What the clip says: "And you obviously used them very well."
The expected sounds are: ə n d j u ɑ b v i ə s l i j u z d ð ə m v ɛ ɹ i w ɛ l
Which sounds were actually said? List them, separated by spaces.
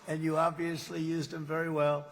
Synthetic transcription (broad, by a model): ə n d j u ɑ b v i ə s l i j u z d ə m v ɛ ɹ i w ɛ l